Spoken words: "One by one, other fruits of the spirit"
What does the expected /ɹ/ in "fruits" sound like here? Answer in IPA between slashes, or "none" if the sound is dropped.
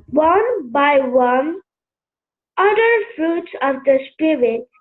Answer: /ɹ/